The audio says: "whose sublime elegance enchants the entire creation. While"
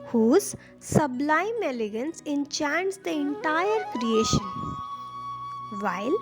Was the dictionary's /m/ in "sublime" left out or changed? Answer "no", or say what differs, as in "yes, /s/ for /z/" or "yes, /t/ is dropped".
no